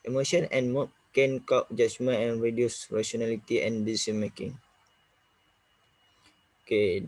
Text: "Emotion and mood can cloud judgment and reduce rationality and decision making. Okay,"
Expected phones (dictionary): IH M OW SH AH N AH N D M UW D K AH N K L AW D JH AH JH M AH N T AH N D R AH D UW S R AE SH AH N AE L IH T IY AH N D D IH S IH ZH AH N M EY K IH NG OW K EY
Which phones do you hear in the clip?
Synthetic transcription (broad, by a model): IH M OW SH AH N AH N M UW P K AH N K AW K JH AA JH M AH N AH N R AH D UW S R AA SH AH N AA L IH T IY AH N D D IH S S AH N M EY K IH NG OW K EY